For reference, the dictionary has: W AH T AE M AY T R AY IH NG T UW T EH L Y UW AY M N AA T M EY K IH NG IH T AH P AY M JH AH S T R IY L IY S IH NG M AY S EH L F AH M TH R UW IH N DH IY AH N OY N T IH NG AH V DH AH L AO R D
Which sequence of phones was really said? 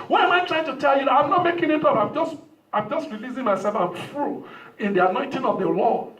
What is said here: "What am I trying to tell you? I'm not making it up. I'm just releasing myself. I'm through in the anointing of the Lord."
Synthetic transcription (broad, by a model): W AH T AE M AY T R AY IH NG T UW T EH L Y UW AY M N AA T M EY K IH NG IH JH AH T AY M JH AH S T R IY L IY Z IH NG M AY S EH L F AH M F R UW IH N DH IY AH N OY N T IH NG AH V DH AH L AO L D